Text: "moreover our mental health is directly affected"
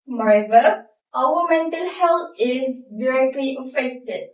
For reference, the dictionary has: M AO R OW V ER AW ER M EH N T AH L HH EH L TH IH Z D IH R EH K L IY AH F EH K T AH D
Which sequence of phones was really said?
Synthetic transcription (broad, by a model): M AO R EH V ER AW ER M EH N T AH L HH EH L T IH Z D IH R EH K L IY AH F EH K T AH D